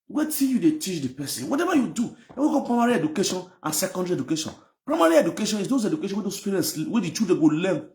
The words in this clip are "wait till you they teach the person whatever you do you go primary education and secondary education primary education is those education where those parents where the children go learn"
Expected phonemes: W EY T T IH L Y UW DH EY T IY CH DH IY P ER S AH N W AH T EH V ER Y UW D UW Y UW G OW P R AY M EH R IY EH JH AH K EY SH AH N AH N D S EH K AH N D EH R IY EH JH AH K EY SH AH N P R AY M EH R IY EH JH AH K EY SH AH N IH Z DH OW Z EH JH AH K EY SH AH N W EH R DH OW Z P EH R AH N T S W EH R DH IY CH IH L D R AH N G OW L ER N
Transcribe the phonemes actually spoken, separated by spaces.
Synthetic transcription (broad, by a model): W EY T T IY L Y UW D EY T IY CH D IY P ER S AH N W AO T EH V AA Y UW D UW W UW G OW P R AY M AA R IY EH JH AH K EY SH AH N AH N S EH K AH N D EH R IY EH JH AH K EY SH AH N P R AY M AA R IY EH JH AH K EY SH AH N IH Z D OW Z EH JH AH K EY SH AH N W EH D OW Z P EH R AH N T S W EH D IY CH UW D AH G OW L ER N